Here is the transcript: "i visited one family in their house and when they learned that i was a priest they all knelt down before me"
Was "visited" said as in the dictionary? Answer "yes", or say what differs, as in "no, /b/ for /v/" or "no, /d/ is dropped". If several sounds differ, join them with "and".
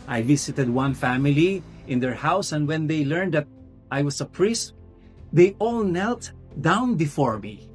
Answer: no, /s/ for /z/